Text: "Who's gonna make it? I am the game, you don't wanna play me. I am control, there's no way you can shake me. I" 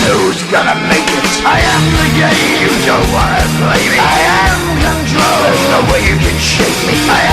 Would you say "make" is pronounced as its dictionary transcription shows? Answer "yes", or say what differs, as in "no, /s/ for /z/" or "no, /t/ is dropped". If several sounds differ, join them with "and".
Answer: yes